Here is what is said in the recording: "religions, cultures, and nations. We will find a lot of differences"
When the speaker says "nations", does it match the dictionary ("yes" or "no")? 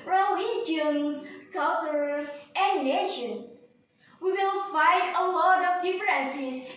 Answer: no